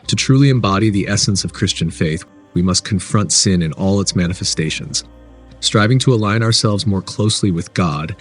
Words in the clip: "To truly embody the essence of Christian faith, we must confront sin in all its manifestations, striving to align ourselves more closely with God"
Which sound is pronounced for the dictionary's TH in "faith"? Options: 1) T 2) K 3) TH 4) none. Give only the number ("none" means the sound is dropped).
3